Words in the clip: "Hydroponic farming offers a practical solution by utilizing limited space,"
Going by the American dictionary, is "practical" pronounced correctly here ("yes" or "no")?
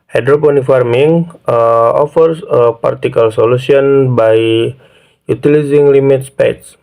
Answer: no